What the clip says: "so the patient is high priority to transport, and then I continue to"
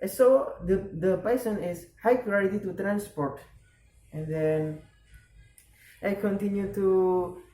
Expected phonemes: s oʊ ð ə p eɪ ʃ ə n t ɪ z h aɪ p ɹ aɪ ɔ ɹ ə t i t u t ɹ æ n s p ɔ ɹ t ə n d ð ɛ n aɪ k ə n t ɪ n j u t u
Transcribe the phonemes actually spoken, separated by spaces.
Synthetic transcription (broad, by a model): s oʊ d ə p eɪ s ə n ɪ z h aɪ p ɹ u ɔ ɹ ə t i t u t ɹ æ n s p ɔ ɹ t ə n d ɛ n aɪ k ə n t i n j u t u